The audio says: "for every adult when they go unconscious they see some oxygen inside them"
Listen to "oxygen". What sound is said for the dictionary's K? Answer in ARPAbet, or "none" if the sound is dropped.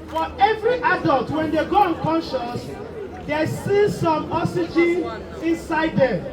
none